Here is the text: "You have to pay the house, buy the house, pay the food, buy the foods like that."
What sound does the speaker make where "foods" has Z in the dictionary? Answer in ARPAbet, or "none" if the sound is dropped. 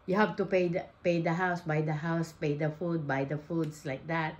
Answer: S